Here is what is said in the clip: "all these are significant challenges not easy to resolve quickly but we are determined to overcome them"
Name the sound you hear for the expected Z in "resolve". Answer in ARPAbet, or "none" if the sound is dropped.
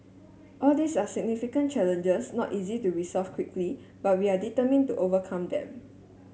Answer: S